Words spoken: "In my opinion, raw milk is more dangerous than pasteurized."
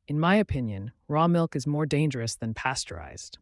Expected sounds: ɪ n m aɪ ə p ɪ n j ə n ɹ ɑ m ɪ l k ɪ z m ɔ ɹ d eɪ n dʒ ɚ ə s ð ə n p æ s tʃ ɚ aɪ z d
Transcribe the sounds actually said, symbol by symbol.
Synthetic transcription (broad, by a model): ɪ n m aɪ ə p ɪ n j ə n ɹ ɑ m ɪ l k ɪ z m ɔ ɹ d eɪ n dʒ ɚ ə s ð ə n p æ s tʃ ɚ aɪ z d